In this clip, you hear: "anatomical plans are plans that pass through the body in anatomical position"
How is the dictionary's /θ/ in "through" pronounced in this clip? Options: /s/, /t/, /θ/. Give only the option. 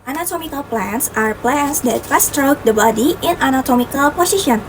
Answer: /t/